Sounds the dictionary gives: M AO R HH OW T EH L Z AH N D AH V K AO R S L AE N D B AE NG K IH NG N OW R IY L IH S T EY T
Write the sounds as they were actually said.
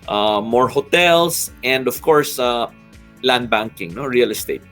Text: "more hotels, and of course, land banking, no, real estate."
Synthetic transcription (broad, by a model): M AO R HH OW T EH L S AH N D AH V K AO R S L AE N D B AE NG K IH NG N OW R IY L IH S T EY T